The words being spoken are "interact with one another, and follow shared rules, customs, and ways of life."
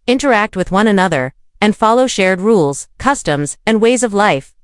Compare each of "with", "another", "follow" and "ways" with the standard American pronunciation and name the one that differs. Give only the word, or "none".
none